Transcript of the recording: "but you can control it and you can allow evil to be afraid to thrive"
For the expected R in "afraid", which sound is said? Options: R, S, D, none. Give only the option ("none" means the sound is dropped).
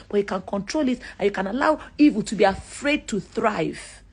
R